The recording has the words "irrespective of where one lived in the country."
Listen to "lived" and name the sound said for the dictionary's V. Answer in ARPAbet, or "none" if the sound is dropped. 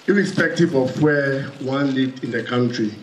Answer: none